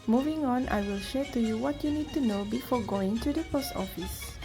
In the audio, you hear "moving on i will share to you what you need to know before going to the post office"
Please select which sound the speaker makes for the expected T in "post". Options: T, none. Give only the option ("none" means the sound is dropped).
T